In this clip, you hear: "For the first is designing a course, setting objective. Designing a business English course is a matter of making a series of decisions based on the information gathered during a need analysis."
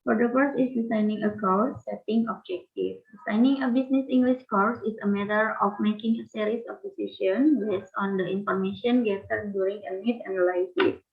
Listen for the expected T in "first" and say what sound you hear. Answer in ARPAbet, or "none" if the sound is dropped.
none